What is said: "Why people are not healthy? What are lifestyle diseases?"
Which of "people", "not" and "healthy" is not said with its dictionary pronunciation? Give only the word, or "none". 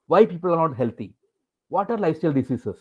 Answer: healthy